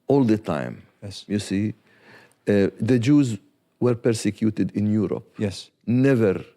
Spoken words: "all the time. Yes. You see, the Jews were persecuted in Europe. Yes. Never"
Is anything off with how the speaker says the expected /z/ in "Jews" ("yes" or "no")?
no